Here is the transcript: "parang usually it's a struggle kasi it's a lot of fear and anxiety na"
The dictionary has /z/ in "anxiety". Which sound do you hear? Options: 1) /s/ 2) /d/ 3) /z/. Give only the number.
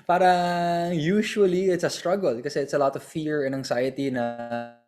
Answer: 1